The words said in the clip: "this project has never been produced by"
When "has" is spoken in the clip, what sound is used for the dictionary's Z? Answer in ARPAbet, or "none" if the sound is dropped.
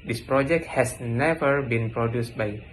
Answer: S